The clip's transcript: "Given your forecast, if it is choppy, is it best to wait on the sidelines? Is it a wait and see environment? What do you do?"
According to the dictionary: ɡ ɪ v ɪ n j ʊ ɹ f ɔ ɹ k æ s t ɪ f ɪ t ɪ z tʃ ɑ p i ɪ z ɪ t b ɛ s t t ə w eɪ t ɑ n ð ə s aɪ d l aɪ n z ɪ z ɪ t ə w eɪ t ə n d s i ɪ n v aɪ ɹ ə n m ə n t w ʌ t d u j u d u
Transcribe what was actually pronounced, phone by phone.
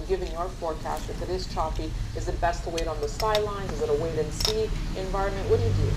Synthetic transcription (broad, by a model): ɡ ɪ v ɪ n j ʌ ɹ f ɔ ɹ k æ s t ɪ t ɪ t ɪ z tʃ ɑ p i ɪ z ɪ t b ɛ s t t ə w eɪ t n ð ə s aɪ d l aɪ n z ɪ z ɪ t ə w eɪ t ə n s i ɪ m v aɪ ɹ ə n m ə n t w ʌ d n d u